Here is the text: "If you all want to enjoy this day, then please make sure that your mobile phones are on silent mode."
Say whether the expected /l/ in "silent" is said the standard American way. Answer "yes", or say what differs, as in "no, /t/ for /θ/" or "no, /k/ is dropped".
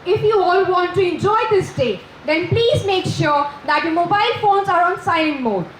no, /l/ is dropped